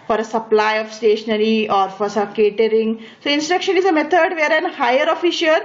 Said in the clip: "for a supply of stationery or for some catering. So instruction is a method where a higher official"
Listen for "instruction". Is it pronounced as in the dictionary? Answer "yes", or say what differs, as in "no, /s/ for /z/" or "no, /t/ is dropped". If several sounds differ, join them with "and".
yes